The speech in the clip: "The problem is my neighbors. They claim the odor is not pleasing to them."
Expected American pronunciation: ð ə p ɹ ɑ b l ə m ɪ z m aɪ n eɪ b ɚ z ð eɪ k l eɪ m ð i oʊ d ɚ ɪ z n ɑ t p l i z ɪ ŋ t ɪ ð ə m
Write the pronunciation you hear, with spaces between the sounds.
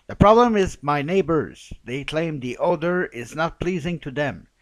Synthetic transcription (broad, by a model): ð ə p ɹ ɑ b l ə m ɪ z m aɪ n eɪ b ɚ z ð eɪ k l eɪ m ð i oʊ d ɚ ɪ z n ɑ t p l i z ɪ ŋ t ɪ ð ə m